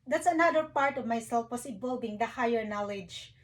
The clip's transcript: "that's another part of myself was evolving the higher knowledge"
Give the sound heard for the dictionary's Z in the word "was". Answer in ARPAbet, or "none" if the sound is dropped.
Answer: S